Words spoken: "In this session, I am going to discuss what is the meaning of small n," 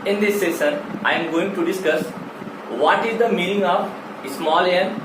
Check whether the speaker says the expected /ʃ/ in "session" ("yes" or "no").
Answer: no